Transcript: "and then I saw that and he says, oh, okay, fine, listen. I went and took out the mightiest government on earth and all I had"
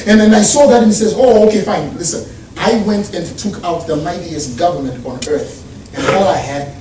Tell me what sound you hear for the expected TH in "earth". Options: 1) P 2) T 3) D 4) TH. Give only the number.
4